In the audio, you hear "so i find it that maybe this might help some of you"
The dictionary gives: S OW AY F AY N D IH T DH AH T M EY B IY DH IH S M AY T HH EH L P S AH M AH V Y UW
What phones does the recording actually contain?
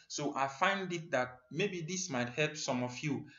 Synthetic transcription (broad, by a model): S OW AY F AY N D IH T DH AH T M EY B IY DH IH S M AY T HH EH L P S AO M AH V Y UW